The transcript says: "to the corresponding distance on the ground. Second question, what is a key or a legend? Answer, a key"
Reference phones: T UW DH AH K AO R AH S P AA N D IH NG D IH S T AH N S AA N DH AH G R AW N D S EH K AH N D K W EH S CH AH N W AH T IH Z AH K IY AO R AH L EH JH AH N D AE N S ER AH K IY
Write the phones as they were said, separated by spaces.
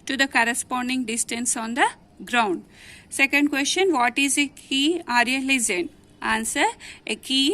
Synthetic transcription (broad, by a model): T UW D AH K AO R AH S P AA N D IH NG D IH S T AH N S AA N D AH G R AW N D S EH K AH N D K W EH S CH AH N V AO T IH Z AH K IY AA R AH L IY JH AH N AA N S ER AH K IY